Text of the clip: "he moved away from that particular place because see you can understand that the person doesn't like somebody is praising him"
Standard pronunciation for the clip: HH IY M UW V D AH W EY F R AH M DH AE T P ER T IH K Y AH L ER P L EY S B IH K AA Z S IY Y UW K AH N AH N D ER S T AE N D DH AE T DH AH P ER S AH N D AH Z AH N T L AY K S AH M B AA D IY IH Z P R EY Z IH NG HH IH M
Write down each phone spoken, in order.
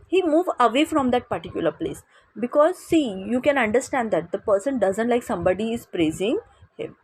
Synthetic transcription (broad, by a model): HH IY M UW V AH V EY F R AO M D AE T P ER T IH K Y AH L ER P L EY S B IH K AA Z S IY Y UW K AH N AH N D ER S T AE N D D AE T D AH P ER S AH N D AH Z AH N T L AY K S AH M B AA D IY IH Z P R EY Z IH NG HH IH M